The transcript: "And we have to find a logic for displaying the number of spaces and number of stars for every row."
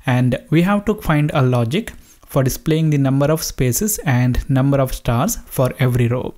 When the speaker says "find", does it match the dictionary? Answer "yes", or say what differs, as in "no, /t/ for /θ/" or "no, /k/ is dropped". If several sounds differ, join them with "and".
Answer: yes